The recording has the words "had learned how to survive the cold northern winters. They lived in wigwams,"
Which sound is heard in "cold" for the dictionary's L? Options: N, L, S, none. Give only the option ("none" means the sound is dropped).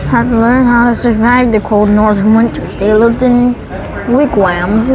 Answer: L